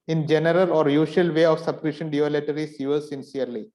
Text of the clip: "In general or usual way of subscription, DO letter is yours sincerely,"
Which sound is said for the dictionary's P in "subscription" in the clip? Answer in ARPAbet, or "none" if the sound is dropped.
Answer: none